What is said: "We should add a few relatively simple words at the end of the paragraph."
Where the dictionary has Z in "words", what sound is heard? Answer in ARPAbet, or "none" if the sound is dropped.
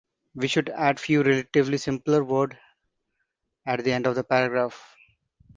none